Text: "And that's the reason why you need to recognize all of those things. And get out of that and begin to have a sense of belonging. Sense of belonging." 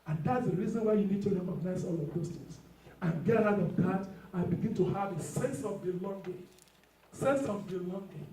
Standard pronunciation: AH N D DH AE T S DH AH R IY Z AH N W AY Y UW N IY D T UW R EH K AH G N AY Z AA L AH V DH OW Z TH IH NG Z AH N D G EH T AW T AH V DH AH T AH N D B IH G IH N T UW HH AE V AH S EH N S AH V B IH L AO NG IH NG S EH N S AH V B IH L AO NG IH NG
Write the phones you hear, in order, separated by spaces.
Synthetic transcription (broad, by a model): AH N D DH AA T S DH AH R IY Z AH N W AY Y UW N IY D T UW R EH K AH G N AY Z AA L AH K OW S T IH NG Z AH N G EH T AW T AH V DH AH T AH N B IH G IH N T UW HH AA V AH S EH N S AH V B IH L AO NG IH S EH N S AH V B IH L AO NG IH